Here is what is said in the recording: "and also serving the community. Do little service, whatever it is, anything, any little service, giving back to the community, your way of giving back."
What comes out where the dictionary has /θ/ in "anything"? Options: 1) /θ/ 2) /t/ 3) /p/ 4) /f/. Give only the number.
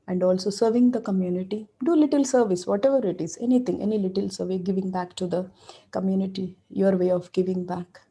2